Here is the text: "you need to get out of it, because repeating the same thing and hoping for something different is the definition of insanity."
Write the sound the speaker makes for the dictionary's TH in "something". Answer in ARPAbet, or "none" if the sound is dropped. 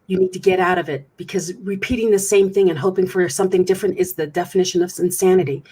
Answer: TH